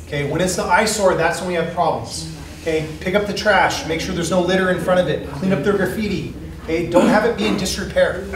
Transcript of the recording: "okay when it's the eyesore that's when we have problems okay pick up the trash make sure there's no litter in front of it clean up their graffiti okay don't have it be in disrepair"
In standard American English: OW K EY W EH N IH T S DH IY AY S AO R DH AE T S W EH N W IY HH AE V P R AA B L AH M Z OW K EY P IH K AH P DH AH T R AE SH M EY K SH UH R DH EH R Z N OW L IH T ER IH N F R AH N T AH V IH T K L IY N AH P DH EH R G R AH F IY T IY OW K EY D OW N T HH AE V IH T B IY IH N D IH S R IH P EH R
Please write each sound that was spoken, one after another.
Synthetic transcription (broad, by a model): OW K EY W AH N IH T S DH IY AY S AO R DH AE T S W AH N W IY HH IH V P R AA B L AH M Z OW K EY P IH K AH P DH AH T R AE SH M EY K SH UH R DH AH R Z N OW L IH T ER IH N F R AH T AH V IH T K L IY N AH P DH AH R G R F IY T IY OW K EY D OW N T HH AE V IH T B IY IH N D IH S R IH P EH R